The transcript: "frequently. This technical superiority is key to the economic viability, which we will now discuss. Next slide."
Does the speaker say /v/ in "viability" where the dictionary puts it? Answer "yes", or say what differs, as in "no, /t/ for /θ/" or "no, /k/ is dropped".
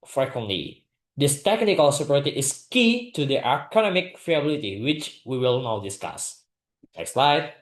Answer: no, /f/ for /v/